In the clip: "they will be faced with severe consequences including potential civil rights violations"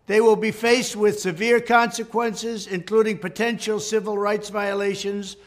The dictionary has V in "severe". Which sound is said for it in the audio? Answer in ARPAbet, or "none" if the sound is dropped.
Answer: V